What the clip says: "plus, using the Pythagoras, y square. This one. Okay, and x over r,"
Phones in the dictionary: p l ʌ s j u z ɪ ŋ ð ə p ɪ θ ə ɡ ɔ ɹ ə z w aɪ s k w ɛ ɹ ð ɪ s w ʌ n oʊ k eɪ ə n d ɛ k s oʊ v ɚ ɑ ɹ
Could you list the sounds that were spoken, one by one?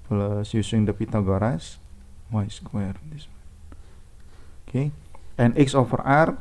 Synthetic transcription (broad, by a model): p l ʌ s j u s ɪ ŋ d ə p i t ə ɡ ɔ ɹ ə s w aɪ s k w ɛ ɹ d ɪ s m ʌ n oʊ k eɪ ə n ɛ k s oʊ f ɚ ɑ ɹ